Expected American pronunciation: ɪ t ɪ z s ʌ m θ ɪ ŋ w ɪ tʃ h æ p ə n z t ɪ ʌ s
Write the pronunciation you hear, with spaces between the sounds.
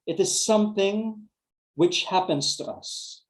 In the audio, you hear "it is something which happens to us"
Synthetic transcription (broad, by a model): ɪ t ɪ z s ʌ m θ ɪ ŋ w ɪ tʃ h æ p ə n z t ɪ ʌ s